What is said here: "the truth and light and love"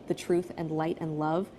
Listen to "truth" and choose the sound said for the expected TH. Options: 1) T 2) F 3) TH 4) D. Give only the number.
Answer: 3